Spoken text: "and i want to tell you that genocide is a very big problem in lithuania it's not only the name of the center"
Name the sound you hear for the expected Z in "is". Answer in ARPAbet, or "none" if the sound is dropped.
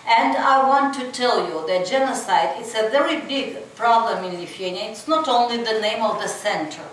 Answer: S